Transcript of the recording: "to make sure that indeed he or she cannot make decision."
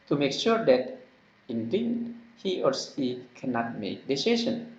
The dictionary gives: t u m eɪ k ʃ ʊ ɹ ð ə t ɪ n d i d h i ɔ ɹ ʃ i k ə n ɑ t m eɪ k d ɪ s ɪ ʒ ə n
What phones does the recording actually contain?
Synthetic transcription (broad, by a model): t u m eɪ k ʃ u ɹ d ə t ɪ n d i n h i ɔ ɹ s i k ə n ɑ t m eɪ k d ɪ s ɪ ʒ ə n